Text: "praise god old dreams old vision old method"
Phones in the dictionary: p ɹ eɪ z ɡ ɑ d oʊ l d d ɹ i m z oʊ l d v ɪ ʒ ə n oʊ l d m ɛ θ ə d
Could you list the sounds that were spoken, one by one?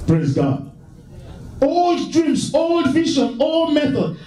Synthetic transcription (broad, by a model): p ɹ eɪ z ɡ ɑ d oʊ l d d ɹ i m s oʊ l d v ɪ ʃ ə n oʊ l d m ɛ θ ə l